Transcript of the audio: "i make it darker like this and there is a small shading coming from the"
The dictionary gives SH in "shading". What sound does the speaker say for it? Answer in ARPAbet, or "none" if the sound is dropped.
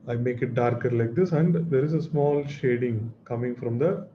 SH